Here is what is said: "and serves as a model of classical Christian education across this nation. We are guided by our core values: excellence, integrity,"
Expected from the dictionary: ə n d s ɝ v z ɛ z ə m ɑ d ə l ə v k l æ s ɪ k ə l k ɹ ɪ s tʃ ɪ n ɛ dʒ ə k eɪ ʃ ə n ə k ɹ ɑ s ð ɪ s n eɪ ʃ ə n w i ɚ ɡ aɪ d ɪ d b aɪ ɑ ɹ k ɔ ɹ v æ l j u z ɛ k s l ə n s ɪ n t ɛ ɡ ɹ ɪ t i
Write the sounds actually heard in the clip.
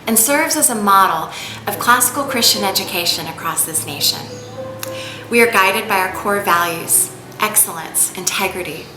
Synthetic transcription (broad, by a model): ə n s ɝ v z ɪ z ə m ɑ d l ə v k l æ s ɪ k l k ɹ ɪ s tʃ ɪ n ɛ dʒ ə k eɪ ʃ ə n ə k ɹ ɑ s ð ɪ s n eɪ ʃ ə n w i ɚ ɡ aɪ d ɪ d b aɪ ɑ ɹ k ɔ ɹ v æ l j u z ɛ k s l ə n s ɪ n t ɛ ɡ ɹ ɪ t i